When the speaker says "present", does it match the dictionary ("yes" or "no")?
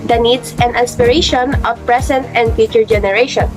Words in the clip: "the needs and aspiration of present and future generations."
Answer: no